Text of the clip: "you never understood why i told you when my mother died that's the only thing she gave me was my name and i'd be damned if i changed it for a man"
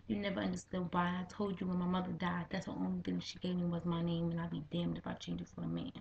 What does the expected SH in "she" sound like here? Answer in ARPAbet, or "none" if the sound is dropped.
SH